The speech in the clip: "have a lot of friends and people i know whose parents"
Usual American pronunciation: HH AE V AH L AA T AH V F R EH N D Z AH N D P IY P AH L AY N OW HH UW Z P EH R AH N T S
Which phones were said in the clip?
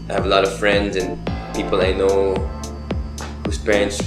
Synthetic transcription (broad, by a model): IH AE V AH L AA T AH V F R EH N D Z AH N P IY P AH L AY N OW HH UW S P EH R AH N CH